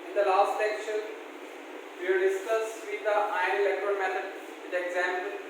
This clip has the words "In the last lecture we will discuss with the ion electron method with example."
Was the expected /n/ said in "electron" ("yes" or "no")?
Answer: no